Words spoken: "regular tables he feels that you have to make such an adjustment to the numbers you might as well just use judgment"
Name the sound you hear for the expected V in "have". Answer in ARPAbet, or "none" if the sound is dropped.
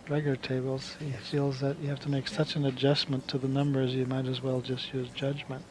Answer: F